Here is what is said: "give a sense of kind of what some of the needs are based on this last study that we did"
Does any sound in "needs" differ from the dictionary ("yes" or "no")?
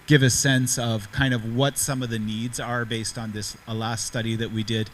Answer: no